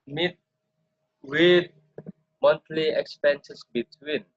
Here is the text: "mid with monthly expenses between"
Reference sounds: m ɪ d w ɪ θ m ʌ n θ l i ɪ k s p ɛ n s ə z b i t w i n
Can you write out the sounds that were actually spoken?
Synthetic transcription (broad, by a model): m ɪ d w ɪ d m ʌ n t l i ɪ k s p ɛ n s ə s b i t w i n